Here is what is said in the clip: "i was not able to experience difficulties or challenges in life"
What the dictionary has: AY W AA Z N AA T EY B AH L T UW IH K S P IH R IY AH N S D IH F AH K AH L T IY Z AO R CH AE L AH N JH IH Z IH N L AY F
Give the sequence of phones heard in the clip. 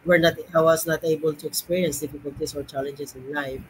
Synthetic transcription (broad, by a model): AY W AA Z N AA T EY B AH L T UW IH K S P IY R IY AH N S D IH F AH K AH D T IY S AO R CH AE L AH N JH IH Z IH N L AY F